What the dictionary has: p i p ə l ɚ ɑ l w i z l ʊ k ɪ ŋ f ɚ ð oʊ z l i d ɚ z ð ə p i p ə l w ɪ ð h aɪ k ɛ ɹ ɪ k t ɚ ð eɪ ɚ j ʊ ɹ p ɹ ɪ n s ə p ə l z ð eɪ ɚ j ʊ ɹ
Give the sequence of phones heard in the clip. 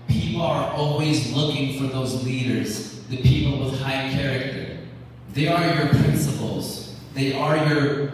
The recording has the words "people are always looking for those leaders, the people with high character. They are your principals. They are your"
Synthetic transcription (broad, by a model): p i p l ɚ ɑ l w i z l ʊ k ɪ ŋ f ɚ ð oʊ z l i d ɚ z ð ə p i p l w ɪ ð h aɪ k ɛ ɹ ɪ k t ɚ ð eɪ ɚ j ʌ ɹ p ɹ ɪ n s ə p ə l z ð eɪ ɚ j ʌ ɹ